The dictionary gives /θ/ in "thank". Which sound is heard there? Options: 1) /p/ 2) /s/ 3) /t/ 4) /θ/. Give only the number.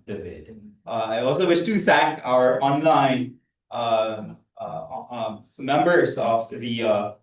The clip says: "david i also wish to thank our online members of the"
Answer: 2